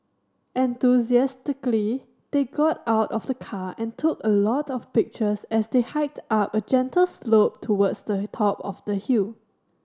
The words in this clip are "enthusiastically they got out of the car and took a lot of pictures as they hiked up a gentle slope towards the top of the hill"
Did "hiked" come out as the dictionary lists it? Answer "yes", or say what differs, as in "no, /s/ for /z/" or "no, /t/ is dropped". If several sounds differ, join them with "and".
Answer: yes